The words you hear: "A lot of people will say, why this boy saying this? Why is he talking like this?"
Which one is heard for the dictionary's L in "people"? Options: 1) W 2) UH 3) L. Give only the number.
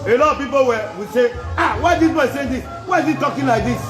1